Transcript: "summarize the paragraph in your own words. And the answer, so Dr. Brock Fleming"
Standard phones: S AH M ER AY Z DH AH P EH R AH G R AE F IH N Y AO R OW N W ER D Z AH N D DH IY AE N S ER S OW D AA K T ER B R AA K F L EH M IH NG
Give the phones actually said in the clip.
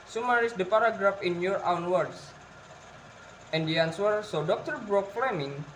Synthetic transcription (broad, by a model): S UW M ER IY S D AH P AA R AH G R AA F IH N Y AO R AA N W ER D S AH N D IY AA N S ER S OW D AA K T ER B R AA K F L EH M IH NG